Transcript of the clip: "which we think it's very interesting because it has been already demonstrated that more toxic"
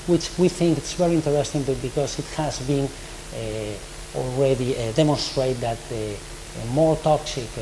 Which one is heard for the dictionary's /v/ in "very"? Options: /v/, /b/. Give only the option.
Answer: /v/